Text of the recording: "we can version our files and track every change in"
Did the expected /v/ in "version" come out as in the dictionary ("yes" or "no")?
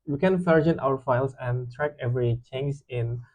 no